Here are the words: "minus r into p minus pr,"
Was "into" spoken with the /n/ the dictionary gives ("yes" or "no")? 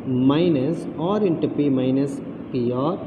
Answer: yes